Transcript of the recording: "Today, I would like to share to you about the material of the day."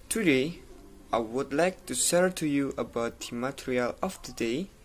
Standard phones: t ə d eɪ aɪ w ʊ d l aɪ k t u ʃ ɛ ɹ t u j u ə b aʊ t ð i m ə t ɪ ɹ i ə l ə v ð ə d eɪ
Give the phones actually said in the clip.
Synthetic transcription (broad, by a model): t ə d eɪ aɪ w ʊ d l aɪ k t u s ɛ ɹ t u j u ə b aʊ t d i m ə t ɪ ɹ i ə l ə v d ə d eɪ